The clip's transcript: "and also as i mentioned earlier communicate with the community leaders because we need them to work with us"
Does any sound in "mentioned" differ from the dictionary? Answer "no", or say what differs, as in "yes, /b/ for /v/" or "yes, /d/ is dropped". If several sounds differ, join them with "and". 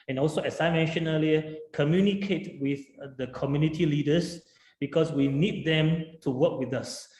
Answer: yes, /d/ is dropped